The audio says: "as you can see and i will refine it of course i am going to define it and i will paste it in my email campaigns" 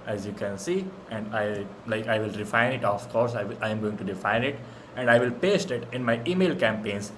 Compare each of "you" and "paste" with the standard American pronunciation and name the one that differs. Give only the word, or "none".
none